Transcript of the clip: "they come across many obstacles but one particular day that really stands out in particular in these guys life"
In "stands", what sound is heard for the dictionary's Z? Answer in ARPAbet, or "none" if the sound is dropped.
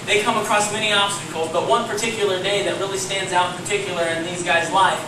Z